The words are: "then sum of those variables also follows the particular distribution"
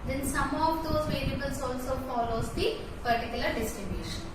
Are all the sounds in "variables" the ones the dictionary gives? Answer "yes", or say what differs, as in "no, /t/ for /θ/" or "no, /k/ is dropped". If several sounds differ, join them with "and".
no, /l/ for /ɹ/